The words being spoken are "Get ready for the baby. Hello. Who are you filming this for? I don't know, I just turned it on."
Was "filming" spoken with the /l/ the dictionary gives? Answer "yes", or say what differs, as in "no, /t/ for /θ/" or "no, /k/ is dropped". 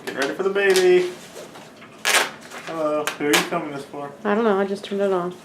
no, /l/ is dropped